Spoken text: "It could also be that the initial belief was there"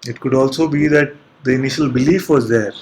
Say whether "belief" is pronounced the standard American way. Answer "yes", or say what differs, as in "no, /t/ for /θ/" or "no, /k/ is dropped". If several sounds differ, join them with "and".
yes